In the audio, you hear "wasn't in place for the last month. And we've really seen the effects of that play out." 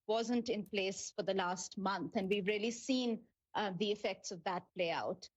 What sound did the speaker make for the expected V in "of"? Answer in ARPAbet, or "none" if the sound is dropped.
V